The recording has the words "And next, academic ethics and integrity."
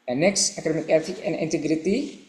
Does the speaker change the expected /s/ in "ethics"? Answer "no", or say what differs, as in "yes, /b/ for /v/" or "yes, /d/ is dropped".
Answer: yes, /s/ is dropped